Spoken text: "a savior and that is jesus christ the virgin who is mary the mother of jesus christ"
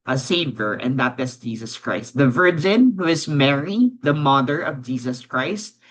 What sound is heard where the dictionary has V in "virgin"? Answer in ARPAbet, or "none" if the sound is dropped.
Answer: V